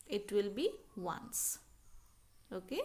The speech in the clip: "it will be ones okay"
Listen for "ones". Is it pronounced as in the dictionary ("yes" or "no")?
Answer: no